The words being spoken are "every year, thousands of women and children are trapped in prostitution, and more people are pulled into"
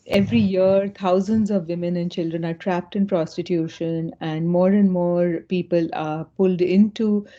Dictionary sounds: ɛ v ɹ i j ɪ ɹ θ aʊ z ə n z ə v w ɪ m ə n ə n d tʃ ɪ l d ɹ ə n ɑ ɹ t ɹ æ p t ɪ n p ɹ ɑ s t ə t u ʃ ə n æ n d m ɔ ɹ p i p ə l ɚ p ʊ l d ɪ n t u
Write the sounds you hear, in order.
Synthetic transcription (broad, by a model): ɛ v ɹ i j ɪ ɹ t aʊ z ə n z ə v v ɪ m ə n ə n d tʃ ɪ l d ɹ ə n ɑ ɹ t ɹ æ p t ɪ n p ɹ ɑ s t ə t u ʃ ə n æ n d m ɔ ɹ p i p ə l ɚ p ʊ l d ɪ n t u